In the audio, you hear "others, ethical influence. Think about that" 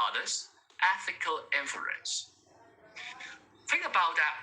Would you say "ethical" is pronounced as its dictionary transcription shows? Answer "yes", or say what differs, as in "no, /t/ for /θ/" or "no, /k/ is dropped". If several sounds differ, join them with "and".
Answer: yes